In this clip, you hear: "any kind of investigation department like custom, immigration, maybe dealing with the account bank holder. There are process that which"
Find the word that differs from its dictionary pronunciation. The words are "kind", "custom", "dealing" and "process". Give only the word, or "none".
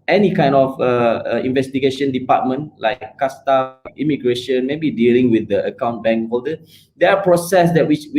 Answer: custom